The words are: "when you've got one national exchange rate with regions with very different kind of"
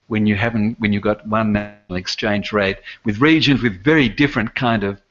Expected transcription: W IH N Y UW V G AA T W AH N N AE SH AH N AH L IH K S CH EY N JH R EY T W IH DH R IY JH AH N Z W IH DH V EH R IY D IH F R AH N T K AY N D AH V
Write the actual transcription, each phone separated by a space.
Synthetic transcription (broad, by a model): W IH N Y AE V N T W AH N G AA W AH N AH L IH K S CH EY N JH R EY T W IH DH R IY JH AH N Z W IH DH V EH R IY D IH F R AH N K AY N D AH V